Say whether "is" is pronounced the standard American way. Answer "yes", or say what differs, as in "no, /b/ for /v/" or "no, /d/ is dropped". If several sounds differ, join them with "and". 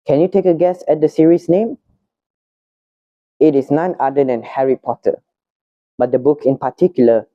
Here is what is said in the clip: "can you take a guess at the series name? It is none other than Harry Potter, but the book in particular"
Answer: no, /s/ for /z/